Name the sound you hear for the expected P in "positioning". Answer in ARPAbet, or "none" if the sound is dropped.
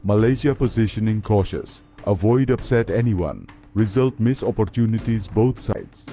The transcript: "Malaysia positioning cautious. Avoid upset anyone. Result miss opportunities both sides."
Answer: P